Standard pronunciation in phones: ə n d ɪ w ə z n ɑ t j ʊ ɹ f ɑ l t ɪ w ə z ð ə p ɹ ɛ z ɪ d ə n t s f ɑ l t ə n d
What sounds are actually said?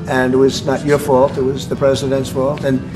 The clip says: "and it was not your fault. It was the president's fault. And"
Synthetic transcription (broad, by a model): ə n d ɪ w ə z n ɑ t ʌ ɹ f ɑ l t ɪ w ə z ð ə p ɹ ɛ z ɪ d ə n t s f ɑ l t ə n